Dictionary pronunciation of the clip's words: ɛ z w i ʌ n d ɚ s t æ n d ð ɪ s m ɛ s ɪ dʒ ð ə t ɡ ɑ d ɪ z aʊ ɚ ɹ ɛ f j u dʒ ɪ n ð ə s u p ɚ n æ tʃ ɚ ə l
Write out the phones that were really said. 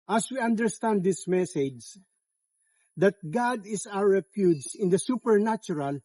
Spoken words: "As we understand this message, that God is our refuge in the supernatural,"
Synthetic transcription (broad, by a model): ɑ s w i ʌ n d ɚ s t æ n d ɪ s m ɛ s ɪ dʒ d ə t ɡ ɑ d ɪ s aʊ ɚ ɹ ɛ p j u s ɪ n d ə s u p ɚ n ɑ tʃ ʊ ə l